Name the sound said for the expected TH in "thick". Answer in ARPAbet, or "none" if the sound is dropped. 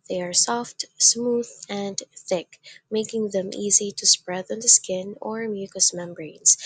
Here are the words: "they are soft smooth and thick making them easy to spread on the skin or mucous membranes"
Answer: TH